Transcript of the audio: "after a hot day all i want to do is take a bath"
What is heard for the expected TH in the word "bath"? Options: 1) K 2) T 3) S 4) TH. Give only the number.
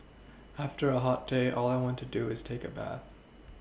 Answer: 4